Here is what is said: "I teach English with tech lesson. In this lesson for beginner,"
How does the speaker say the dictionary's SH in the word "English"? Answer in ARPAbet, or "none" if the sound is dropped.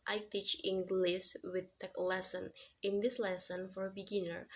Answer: S